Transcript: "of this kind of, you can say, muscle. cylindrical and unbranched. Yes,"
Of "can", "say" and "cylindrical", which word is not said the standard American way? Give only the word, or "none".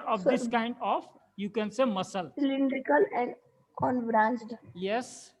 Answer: none